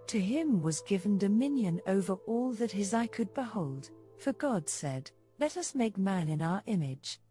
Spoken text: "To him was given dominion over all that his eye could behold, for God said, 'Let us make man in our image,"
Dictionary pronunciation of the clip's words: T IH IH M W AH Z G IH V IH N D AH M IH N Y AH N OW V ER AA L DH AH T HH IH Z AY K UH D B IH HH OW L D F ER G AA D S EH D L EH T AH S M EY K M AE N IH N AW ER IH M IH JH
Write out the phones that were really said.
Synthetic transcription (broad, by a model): T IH IH M W AH Z G IH V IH N D AH M IH N Y AH N OW V ER AA L DH AH T HH IH Z AY K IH D B IH HH OW L D F ER G AA D S EH D L EH T AH S M EY K M AE N IH N AW ER IH M IH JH